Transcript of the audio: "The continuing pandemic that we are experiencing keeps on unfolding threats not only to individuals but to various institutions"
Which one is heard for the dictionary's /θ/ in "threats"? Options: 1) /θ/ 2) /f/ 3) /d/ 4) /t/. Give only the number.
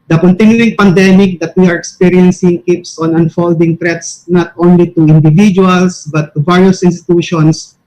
4